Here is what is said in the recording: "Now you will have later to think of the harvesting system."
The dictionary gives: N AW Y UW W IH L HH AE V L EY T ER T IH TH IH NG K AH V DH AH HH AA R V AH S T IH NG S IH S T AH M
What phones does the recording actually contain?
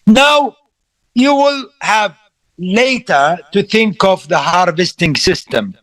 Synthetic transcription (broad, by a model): N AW Y UW W IH L HH AE V L EY T ER T IH TH IH NG K AH V DH AH HH AA R V AH S T IH NG S IH S T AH M